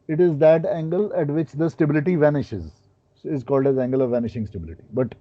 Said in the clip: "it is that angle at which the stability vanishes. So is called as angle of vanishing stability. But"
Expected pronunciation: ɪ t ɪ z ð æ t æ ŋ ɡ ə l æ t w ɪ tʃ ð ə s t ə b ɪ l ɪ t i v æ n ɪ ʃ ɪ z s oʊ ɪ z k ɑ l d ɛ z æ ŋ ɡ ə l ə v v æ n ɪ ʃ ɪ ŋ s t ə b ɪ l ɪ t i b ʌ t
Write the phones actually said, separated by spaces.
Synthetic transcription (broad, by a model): ɪ t ɪ z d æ t æ ŋ ɡ ə l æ t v ɪ tʃ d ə s t ə b ɪ l ɪ t i v æ n ɪ ʃ ɪ z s ɪ z k ɑ l d ɛ z æ ŋ ɡ ə l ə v v æ n ɪ ʃ ɪ ŋ s t ə b ɪ l ɪ t i b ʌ t